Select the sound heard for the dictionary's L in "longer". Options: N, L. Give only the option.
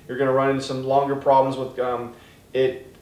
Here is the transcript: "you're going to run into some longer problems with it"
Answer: L